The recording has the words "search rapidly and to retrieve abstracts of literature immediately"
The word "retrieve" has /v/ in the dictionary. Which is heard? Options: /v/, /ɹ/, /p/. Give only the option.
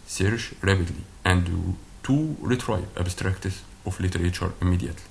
/p/